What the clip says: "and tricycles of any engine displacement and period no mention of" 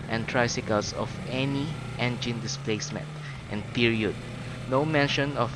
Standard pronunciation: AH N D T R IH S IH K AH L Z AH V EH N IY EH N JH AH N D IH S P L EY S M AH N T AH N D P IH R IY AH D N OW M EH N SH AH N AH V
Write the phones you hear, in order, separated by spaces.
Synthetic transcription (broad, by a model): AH N T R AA S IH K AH L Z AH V EH N IY EH N JH AH N D IH S P L EY S M AH N T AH N P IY R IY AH D N OW M EH N SH AH N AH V